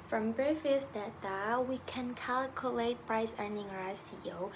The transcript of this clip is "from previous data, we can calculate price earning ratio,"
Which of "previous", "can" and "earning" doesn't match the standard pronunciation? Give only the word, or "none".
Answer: previous